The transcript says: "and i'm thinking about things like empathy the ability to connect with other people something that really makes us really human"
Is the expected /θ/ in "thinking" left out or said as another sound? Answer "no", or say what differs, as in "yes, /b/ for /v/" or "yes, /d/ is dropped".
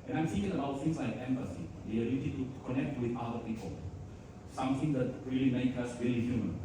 yes, /s/ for /θ/